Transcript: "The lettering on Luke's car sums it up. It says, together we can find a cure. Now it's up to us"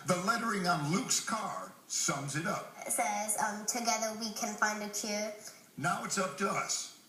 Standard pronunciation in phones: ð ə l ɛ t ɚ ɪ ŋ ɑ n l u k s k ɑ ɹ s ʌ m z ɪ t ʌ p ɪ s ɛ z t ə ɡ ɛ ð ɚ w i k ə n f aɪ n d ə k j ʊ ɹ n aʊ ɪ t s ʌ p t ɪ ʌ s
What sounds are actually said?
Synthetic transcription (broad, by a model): ð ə l ɛ t ɚ ɪ ŋ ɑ n l u k s k ɑ ɹ s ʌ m z ɪ t ʌ p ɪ s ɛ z t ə ɡ ɛ ð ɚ w i k ə n f aɪ n d ə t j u n aʊ ɪ t s ʌ p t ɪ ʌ s